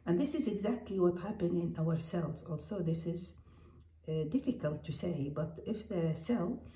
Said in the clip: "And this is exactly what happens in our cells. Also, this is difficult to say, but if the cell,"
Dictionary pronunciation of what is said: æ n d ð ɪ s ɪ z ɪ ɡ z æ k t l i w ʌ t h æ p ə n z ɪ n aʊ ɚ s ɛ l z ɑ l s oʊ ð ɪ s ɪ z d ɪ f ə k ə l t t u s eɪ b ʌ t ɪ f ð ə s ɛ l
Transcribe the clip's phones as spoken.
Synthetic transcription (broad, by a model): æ n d ð ɪ s ɪ z ɪ ɡ z æ k t l i w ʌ t h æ p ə n ɪ n aʊ ɚ s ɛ l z ɑ l s oʊ ð ɪ s ɪ z d ɪ f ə k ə l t t u s eɪ b ʌ t ɪ f ð ə s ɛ l